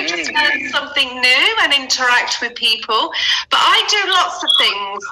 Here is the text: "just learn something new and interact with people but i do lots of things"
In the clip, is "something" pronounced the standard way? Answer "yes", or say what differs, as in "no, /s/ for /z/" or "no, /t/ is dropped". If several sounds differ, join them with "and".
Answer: yes